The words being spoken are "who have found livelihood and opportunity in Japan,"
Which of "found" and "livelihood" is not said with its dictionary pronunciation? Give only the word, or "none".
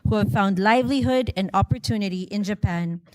none